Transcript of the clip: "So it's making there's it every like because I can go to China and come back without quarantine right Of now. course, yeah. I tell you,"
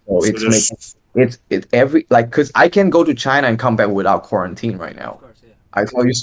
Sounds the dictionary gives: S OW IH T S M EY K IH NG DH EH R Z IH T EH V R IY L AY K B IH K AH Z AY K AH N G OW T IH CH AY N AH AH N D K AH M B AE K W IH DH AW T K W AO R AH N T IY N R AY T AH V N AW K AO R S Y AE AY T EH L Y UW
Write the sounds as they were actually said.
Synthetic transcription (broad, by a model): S OW IH T S M EY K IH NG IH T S IH T EH V R IY L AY IH K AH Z AY K AH N G OW T IH CH AY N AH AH N K AH M B AE K W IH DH AW T K W AO R AH N T IY N R AY T N AW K AY S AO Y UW